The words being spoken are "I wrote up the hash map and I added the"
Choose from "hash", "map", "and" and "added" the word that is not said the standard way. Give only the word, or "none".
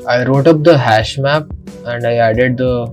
none